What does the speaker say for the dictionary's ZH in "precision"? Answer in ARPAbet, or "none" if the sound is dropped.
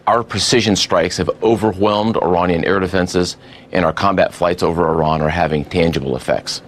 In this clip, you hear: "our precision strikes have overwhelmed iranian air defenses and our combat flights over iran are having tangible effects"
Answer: ZH